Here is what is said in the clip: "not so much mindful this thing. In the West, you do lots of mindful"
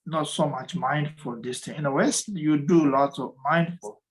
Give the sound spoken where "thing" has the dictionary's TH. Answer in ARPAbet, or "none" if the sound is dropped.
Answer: T